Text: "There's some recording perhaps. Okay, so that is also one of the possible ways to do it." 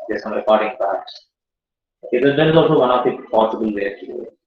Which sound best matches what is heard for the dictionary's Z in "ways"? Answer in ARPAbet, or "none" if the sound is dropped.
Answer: none